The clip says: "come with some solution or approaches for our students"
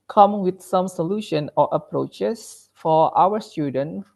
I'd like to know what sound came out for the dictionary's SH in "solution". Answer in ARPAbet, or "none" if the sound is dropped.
SH